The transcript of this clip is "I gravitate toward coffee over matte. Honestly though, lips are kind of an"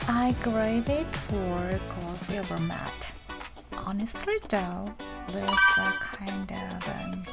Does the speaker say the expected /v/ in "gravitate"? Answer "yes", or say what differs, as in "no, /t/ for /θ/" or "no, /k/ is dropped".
no, /v/ is dropped